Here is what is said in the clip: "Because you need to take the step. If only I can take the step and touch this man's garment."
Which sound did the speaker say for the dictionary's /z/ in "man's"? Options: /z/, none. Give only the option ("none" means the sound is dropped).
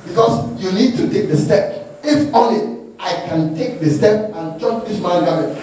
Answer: none